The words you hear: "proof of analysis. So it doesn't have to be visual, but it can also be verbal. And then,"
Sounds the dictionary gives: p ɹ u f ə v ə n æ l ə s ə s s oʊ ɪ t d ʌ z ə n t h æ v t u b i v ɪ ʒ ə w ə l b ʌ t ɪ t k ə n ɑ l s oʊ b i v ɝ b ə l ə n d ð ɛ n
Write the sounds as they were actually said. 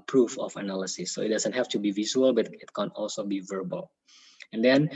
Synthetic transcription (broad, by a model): p ɹ u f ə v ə n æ l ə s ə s s oʊ ɪ t d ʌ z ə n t h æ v t u b i v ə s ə l b ʌ t ɪ t k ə n ɑ l s oʊ b i v ɝ b ə l ə n d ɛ n